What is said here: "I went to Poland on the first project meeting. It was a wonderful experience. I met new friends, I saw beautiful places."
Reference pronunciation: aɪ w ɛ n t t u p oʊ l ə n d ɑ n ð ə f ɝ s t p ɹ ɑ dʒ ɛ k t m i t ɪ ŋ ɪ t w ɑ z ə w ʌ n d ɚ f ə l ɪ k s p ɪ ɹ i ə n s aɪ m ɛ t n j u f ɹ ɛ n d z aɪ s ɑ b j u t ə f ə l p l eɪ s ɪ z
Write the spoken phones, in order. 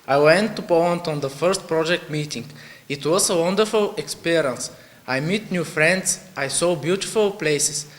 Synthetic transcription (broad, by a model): aɪ w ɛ n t t u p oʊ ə n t ɑ n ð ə f ɝ s t p ɹ ɑ dʒ ɛ k t m i t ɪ ŋ ɪ t w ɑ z ə w ʌ n d ɚ f ə l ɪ k s p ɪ ɹ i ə n s aɪ m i t n j u f ɹ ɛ n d s aɪ s ɑ b j u t ə f ə l p l eɪ s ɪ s